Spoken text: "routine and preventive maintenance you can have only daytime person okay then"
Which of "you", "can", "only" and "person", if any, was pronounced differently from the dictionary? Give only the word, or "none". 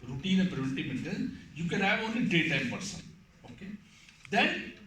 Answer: only